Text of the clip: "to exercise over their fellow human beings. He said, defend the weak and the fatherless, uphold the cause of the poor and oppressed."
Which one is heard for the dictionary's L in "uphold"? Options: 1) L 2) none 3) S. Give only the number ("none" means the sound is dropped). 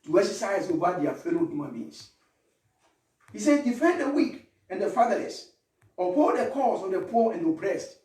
2